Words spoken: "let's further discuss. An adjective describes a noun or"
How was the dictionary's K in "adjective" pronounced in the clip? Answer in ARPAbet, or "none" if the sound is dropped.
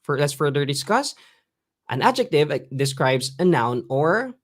K